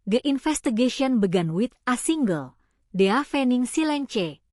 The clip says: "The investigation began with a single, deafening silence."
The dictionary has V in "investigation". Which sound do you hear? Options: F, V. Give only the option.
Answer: F